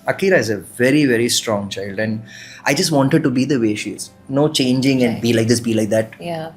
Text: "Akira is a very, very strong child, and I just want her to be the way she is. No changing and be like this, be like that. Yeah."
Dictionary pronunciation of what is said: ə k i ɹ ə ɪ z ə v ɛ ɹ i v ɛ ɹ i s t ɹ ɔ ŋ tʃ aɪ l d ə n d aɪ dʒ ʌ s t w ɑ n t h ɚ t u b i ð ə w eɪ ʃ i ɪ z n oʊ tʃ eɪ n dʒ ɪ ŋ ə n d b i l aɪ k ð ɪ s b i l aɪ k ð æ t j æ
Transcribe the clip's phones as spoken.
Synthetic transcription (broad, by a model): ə k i ɹ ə ɪ z ə v ɛ ɹ i v ɛ ɹ i s t ɹ ɔ ŋ tʃ aɪ l d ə n d aɪ dʒ ʌ s t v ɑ n t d t u b i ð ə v eɪ ʃ i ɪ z n oʊ tʃ eɪ n dʒ ɪ ŋ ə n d b i l aɪ k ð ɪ s b i l aɪ k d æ t j